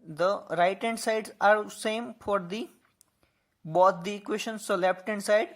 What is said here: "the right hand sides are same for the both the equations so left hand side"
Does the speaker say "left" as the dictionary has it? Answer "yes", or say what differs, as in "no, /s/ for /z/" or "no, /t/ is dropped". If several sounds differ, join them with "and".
no, /p/ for /f/